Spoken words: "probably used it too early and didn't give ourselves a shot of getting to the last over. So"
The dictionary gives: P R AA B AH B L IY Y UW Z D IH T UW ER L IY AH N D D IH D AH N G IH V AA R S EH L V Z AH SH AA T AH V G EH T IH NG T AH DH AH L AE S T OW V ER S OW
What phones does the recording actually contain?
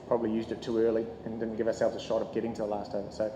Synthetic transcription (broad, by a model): P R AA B AH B L IY Y UW Z D IH T UW ER L IY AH N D D IH D N G IH V AA R S EH L V Z AH SH AA T AH V G EH T IH NG T AH DH AH L AE S T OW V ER S OW